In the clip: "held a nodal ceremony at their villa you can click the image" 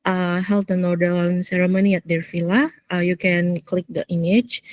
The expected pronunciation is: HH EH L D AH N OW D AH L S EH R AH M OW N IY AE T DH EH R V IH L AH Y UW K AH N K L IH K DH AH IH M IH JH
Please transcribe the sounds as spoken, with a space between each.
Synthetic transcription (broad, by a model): HH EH L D AH N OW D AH N S EH R AH M OW N IY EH T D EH R F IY L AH Y UW K AH N K L IH K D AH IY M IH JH